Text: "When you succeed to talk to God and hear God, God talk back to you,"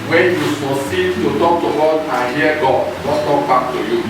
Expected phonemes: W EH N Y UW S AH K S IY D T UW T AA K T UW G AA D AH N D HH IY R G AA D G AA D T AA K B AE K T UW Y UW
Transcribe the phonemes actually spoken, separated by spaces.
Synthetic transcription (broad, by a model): W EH N Y UW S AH S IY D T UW T AA K T UW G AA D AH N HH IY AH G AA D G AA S T AA K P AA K T UW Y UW